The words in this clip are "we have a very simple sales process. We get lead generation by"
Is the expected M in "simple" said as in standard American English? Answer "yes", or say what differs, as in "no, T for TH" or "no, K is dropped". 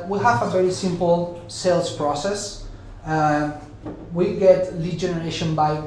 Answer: yes